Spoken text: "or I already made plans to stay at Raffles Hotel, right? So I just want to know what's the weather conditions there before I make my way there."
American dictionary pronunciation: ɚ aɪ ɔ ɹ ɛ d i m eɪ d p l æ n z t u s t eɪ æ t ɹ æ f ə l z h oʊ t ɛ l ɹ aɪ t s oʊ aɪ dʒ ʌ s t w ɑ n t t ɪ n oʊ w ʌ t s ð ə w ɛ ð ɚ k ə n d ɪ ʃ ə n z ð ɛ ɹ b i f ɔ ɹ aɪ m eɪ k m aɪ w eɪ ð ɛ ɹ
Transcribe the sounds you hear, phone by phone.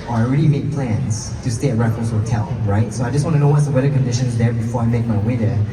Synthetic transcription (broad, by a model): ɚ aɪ ɔ ɹ ɛ d i m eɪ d p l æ n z t u s t eɪ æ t ɹ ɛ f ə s h oʊ t ɛ l ɹ aɪ t s oʊ aɪ dʒ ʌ s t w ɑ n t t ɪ n oʊ w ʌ t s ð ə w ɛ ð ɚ k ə n d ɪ ʃ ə n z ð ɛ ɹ b i f ɔ ɹ aɪ m eɪ k m aɪ w eɪ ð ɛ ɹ